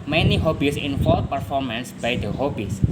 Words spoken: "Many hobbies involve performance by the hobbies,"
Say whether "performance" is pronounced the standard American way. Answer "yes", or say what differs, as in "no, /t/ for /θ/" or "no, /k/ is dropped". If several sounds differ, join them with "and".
yes